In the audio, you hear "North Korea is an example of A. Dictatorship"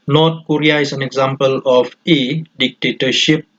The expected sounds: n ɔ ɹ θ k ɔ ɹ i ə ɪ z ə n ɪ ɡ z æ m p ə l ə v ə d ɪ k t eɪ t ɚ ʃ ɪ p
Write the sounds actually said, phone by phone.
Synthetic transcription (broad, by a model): n ɔ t k ɔ ɹ i ə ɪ s ə n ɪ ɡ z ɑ m p ə l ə f ə d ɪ k t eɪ t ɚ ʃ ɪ p